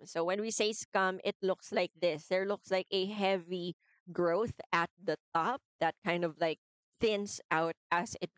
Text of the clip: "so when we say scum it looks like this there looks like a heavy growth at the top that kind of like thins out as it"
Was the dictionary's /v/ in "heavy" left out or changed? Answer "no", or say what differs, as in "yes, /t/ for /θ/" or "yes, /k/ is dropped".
no